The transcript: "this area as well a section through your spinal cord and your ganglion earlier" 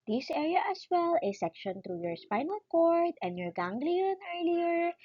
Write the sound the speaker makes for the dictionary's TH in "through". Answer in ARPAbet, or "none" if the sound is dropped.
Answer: T